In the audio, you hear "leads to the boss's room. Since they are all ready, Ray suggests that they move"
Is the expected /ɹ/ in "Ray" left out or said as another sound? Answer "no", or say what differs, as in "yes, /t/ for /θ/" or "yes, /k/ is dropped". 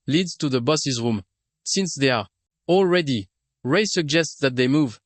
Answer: no